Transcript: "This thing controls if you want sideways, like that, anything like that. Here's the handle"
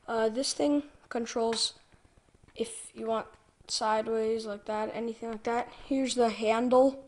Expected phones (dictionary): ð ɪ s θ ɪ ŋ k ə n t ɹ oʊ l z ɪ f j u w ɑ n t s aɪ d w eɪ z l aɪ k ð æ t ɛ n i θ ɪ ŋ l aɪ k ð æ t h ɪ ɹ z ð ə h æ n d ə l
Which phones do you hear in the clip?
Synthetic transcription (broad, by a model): ð ɪ s θ ɪ ŋ k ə n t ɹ oʊ l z ɪ f j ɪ w ɑ n t s aɪ d w eɪ z l aɪ k ð æ t ɛ n i θ ɪ ŋ l aɪ k ð æ t h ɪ ɹ z ð ə h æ n d l